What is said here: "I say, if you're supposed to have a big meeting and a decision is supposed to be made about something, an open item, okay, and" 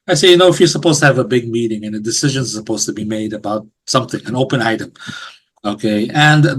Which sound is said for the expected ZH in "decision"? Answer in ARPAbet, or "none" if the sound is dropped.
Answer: ZH